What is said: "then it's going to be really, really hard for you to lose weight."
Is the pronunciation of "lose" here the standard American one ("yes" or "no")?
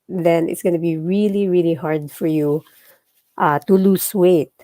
no